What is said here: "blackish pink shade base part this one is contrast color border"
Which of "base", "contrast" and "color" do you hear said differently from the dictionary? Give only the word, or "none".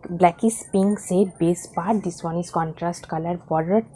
none